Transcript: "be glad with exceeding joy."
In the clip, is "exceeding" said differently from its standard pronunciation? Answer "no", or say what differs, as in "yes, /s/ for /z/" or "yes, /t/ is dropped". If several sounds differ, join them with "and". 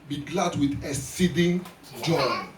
yes, /k/ is dropped